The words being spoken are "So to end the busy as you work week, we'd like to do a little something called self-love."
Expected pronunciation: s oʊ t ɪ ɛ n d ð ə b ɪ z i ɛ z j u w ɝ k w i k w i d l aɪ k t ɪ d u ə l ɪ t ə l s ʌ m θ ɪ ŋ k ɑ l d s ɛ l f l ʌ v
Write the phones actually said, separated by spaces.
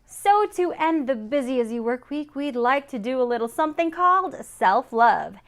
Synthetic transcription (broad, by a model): s oʊ t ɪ ɛ n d ð ə b ɪ z i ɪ z j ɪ w ɝ k w i k w i d l aɪ k t ɪ d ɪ ə l ɪ t l s ʌ m θ ɪ ŋ k ɑ l d s ɛ l f l ʌ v